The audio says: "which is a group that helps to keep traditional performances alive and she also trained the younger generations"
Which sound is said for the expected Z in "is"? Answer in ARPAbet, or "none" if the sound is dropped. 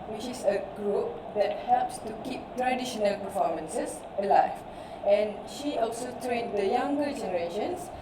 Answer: S